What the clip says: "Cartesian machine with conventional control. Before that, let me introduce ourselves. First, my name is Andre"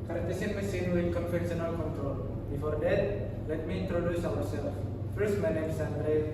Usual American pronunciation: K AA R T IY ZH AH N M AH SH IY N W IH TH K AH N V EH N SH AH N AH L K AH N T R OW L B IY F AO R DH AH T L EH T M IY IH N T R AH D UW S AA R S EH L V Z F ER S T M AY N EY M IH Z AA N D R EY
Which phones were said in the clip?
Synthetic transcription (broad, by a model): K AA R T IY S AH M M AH S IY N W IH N K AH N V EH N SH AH N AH L K AH N T R OW L B IY F AO R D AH T L EH T M IY IH N T R AH D UW S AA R S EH L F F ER S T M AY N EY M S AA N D R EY